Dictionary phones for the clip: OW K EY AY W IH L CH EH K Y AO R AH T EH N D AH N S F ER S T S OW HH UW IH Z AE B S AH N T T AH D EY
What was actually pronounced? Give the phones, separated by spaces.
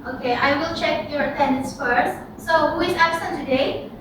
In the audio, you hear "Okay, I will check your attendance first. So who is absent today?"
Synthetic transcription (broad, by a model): OW K EY AY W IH L CH EH K Y AO R AH T EH N D AH N S F ER S T S OW HH UW IH Z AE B S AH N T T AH D EY